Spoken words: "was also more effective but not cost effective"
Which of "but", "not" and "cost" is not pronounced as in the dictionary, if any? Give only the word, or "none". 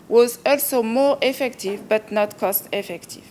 none